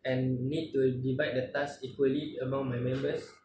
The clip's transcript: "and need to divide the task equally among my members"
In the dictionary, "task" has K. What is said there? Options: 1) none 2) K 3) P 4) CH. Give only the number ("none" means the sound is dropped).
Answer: 1